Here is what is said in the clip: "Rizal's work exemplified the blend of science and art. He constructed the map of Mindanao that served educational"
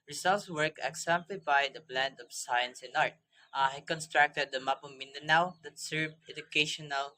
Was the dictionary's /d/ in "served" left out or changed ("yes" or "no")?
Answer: yes